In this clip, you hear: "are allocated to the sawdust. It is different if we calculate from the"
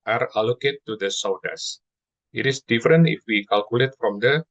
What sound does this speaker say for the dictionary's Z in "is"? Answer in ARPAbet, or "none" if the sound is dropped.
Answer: S